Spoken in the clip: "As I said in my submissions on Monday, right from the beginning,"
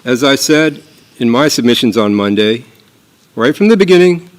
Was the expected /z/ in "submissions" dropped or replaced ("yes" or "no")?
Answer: no